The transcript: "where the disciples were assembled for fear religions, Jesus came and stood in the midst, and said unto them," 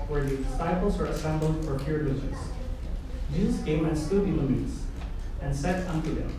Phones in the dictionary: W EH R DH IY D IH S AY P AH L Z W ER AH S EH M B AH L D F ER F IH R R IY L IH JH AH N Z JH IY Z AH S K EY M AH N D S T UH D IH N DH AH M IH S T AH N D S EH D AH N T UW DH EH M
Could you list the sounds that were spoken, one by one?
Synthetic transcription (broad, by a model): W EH R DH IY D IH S AY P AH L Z W ER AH S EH M B L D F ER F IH R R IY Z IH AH Z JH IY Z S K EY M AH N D S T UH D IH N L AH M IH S AH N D S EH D AH N T UW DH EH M